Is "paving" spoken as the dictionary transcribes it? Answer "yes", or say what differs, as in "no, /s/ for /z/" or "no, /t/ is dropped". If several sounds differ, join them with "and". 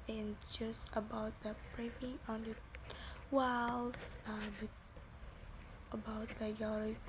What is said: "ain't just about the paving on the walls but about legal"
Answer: no, /p/ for /v/